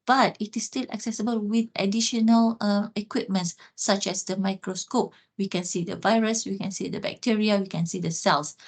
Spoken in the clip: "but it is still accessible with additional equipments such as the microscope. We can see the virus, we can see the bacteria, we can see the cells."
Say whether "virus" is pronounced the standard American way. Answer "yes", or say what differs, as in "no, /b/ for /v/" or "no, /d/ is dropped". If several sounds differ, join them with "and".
yes